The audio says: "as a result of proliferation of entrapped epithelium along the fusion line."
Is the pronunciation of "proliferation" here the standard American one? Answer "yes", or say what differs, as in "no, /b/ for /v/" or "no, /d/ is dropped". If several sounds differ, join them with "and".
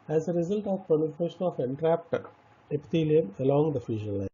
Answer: no, /ɹ/ is dropped and /n/ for /l/